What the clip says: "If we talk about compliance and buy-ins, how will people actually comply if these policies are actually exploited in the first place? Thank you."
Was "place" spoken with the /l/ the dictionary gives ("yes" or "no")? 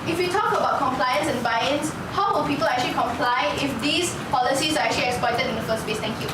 no